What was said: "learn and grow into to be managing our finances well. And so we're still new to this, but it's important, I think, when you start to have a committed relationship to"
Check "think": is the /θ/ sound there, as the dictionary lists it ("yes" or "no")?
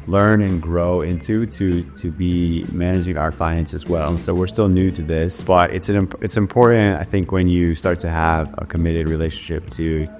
yes